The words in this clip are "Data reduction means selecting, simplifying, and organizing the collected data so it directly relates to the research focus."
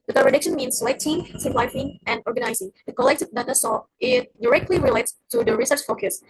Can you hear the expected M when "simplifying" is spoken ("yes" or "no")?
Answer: no